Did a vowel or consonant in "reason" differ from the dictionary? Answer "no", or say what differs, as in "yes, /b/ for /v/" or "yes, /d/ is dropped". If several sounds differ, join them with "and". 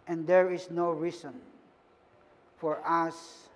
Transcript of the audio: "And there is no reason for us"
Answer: yes, /s/ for /z/